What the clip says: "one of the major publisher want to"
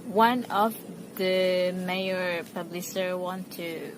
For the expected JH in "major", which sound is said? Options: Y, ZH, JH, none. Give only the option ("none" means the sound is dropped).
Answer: none